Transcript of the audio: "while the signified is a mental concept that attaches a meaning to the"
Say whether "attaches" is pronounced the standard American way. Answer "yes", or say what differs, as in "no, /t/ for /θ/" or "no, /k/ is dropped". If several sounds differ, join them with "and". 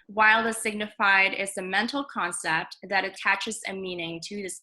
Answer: yes